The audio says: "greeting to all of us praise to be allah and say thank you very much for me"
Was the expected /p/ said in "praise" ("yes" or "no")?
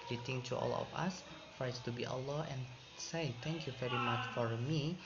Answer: no